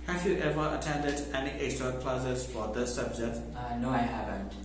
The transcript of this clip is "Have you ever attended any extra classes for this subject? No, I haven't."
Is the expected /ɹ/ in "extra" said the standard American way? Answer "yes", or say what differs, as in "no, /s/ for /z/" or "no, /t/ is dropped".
no, /ɹ/ is dropped